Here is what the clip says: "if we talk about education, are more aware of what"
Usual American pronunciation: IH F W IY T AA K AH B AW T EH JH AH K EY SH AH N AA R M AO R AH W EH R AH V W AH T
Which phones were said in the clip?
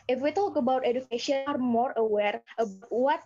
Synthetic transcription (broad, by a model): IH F W IY T AA K AH B AW T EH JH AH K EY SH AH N AA R M AO R AH W EH R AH B W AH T